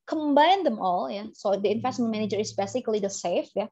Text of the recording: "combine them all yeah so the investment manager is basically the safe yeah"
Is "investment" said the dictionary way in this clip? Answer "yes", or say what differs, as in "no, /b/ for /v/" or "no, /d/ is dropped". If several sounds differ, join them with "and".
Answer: no, /f/ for /v/